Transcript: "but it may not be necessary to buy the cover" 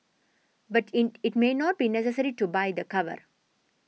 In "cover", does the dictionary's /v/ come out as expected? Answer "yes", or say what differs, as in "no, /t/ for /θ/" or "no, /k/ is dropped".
yes